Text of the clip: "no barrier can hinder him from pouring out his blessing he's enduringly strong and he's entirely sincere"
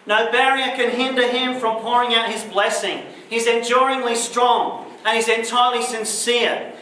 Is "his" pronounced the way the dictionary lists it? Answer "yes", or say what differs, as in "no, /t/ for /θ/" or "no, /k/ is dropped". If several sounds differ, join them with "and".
yes